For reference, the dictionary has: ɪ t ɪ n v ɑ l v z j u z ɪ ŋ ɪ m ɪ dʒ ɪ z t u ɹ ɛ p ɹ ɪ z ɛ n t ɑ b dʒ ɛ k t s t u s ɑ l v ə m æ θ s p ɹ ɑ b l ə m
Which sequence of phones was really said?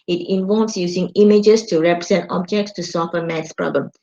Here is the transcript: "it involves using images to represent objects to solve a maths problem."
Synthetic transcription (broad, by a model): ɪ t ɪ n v ɑ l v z j u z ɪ ŋ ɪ m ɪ dʒ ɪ s t u ɹ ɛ p ɹ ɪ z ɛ n t ɑ b dʒ ɛ k t s t u s ɑ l f ə m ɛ t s p ɹ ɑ b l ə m